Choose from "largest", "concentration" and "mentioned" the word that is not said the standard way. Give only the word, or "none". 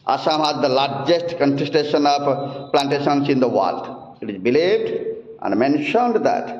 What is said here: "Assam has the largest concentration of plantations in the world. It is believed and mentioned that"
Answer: concentration